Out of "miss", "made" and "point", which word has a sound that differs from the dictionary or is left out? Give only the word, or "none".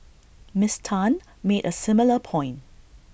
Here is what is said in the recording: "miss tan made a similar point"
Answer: point